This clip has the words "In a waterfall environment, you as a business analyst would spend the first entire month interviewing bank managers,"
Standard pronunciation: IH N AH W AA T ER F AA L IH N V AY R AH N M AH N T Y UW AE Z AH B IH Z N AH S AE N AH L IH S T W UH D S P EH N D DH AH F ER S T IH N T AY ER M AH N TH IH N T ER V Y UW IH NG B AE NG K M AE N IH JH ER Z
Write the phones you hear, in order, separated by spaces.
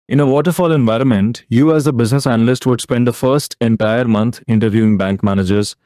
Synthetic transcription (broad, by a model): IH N AH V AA T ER F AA L IH N V AY R AH N M AH N T Y UW AE Z AH B IH Z N AH S AE N AH L IH S T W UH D S P EH N D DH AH F ER S T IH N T AY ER M AH N T IH N T ER V Y UW IH NG B AE NG K M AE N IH JH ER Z